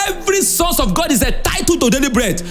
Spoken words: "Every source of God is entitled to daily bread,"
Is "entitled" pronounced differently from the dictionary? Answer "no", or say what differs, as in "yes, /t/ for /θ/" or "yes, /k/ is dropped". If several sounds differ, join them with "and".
yes, /n/ is dropped